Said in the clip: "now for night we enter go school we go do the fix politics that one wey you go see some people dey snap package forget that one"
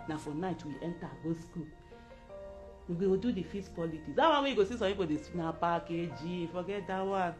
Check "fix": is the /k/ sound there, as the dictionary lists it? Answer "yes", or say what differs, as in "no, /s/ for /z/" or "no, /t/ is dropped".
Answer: no, /k/ is dropped